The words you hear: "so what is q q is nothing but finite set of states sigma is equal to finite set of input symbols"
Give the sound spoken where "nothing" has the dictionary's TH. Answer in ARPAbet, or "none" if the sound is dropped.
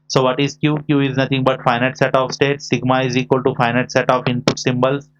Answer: T